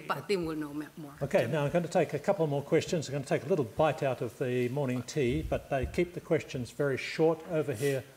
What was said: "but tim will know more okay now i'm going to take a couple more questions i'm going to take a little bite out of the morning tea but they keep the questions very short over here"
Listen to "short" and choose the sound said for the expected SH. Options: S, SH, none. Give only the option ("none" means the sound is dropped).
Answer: SH